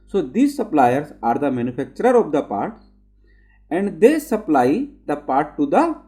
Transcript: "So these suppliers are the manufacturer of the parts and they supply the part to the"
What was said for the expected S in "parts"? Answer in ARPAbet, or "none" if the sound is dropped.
none